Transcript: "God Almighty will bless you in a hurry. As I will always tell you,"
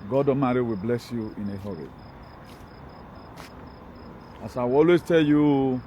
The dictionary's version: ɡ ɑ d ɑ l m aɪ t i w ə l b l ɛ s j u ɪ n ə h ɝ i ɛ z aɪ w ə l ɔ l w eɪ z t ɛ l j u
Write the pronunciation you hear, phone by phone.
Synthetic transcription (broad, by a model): ɡ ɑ d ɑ m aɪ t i w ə b l ɛ s j u ɪ n ə h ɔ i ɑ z aɪ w ɔ l w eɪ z t ɛ l j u